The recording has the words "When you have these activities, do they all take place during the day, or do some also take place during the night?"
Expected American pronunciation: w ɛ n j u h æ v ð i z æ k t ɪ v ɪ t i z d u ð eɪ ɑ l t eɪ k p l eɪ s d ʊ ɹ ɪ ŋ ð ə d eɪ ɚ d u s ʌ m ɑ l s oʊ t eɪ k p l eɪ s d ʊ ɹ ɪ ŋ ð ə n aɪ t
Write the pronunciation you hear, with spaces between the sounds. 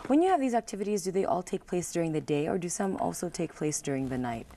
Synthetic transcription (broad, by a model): w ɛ n j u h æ v ð i z æ k t ɪ v ɪ t i z d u ð eɪ ɑ l t eɪ k p l eɪ s d ʊ ɹ ɪ ŋ ð ə d eɪ ɚ d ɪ s ʌ m ɑ l s oʊ t eɪ k p l eɪ s d ʊ ɹ ɪ ŋ ð ə n aɪ t